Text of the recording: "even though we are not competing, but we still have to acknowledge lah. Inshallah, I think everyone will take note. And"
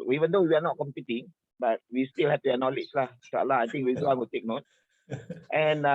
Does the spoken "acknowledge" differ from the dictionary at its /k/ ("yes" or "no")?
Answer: yes